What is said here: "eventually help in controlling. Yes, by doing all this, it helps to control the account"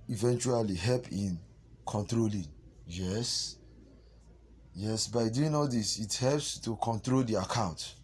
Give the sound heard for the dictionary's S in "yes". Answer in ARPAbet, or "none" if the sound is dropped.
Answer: S